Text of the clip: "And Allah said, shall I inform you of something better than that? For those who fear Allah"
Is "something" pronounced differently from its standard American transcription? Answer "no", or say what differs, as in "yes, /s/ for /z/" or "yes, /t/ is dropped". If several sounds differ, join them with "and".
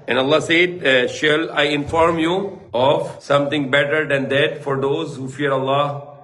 yes, /t/ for /θ/